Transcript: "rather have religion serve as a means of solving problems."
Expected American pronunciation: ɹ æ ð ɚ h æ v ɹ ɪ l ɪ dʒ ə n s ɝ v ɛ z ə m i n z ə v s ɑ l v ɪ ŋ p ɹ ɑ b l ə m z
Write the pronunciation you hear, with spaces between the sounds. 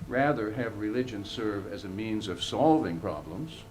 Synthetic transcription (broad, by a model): ɹ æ ð ɚ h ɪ v ɹ ɪ l ɪ dʒ ə n s ɝ v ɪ z ə m i n z ə v s ɑ l v ɪ ŋ p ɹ ɑ b l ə m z